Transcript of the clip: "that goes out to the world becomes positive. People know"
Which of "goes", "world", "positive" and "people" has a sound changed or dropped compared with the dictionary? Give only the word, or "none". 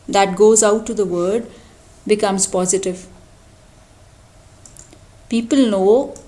world